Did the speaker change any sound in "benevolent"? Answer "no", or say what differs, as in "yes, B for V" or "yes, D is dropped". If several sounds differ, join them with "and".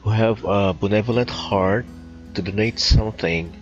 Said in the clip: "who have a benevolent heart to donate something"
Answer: no